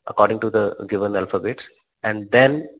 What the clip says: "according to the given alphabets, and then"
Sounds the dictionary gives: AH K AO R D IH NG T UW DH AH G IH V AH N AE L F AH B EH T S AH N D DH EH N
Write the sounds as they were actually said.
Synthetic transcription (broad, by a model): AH K AO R D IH NG T UW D AH G IH V AH N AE L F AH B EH T AH N D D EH N